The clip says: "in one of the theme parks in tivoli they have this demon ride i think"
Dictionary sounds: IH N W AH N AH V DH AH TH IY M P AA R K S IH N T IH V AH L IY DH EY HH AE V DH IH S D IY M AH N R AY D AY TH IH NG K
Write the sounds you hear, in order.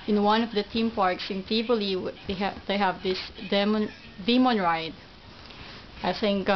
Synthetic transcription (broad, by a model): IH N W AH N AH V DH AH T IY M P AA R K S IH N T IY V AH L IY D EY HH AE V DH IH S D IY M AH N R AY D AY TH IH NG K